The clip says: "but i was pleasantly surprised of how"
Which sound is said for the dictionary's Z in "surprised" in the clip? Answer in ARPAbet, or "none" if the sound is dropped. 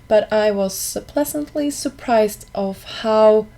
Z